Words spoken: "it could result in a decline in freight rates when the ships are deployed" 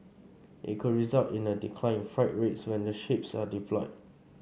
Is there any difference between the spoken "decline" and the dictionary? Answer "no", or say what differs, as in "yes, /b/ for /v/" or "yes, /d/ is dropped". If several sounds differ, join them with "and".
yes, /n/ is dropped